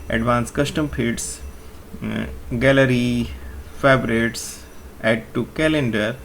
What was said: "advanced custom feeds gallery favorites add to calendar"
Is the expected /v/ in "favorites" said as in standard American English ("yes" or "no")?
no